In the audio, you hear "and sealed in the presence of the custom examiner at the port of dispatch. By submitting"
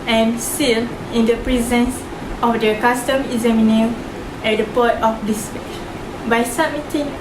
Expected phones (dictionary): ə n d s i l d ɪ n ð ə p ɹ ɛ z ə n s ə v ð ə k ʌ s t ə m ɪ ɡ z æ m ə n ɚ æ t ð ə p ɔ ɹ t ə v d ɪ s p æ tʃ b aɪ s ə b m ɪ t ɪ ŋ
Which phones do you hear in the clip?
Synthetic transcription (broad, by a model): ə n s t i l ɪ n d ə p ɹ ɛ z ə n s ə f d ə k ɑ s t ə m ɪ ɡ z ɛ m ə n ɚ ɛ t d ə p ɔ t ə f d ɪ s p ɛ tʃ b aɪ s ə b m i t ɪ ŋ